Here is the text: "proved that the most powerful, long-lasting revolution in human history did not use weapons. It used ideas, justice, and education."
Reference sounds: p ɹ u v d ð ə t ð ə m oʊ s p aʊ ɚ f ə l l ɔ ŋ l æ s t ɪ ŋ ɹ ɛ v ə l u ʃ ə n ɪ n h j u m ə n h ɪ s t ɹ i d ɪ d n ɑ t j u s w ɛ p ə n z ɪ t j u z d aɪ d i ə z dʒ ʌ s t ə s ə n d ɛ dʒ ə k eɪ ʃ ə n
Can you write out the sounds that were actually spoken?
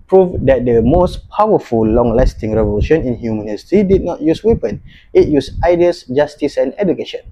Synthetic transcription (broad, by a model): p ɹ u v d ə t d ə m oʊ s p aʊ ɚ f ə l l ɔ ŋ l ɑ s t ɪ ŋ ɹ ɛ v ə l u ʃ ə n ɪ n h j u m ə n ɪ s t i d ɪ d n ɑ t j u s w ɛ p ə n ɪ t j u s aɪ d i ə s dʒ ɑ s t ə s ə n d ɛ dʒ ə k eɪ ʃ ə n